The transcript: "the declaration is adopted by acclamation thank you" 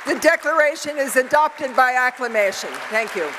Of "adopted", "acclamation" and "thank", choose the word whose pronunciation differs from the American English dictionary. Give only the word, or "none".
none